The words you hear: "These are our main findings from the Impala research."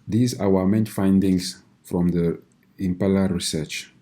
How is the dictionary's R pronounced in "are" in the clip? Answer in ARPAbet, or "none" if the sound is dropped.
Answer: W